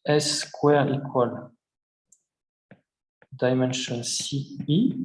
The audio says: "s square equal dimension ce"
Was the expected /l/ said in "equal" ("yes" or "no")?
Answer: yes